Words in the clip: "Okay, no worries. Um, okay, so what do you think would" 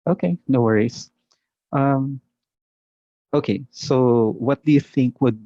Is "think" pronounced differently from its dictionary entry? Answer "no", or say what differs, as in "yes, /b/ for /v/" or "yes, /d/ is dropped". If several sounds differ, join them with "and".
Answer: no